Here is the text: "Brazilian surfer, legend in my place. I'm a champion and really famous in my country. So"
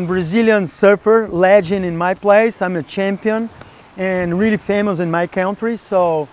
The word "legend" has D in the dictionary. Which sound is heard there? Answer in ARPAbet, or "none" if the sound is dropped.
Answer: none